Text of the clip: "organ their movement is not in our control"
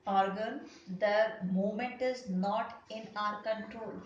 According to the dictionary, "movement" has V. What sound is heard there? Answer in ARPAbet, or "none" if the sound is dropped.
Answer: none